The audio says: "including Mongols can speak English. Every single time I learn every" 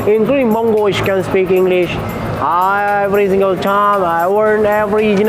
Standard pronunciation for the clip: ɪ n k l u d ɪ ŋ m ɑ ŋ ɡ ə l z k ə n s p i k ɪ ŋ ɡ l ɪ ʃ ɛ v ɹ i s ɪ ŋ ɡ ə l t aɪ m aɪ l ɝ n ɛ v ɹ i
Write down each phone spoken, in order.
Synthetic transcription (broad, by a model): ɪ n k l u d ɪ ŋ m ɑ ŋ ɡ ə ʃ k ə n s p i k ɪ ŋ ɡ l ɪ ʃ ɛ v ɹ i s ɪ ŋ ɡ ə l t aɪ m aɪ w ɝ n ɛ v ɹ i